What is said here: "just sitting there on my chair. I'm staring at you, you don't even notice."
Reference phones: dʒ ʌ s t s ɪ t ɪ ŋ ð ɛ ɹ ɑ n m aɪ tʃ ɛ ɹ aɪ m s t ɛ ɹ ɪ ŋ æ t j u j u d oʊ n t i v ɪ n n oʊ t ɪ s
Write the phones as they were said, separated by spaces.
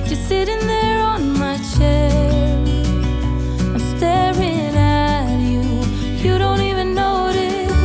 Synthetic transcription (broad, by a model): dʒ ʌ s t s ɪ t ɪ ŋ ð ɛ ɹ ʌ n m aɪ tʃ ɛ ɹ aɪ m s t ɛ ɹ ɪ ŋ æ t j u j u d oʊ n t i v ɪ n n oʊ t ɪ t